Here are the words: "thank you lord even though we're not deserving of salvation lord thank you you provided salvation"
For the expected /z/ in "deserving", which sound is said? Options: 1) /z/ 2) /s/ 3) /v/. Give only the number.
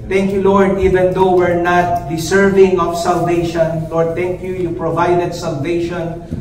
2